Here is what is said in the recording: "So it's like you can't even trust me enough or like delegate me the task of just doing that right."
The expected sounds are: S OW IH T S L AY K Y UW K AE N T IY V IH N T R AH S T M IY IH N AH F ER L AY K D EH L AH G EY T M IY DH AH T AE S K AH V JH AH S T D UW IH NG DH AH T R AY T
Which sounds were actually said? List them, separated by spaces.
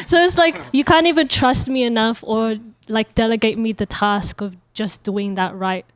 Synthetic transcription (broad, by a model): S OW IH T S L AY K Y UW K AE N T IY V IH N T R AH S T M IY IH N AH F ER L AY K D EH L AH G EY T M IY DH AH T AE S K AH V JH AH S D UW IH NG DH AH T R AY T